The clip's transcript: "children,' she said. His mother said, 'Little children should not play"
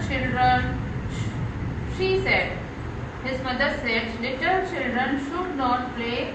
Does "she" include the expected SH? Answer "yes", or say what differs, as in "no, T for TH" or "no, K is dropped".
yes